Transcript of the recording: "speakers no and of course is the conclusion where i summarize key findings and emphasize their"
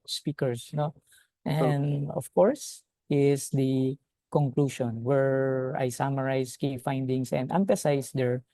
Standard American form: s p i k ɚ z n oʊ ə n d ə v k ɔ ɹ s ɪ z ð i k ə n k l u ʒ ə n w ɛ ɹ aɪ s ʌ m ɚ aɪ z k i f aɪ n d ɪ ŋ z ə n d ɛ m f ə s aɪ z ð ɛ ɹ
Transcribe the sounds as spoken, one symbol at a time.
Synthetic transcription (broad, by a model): s p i k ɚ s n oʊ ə n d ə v k ɔ ɹ s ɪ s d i k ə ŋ k l u ʃ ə n w ɛ ɹ aɪ s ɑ m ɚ aɪ s k i f aɪ n d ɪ ŋ s ə n d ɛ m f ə s aɪ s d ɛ ɹ